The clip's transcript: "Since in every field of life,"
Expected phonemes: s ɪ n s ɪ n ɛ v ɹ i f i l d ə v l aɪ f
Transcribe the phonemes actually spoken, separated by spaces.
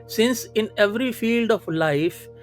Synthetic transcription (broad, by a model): s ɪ n s ɪ n ɛ v ɹ i f i l d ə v l aɪ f